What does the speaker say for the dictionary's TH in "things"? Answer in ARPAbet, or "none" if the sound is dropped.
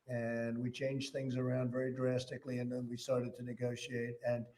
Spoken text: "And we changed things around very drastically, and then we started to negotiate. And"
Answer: TH